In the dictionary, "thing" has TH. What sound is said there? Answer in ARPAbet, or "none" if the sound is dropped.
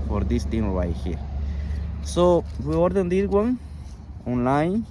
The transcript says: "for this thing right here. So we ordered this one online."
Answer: T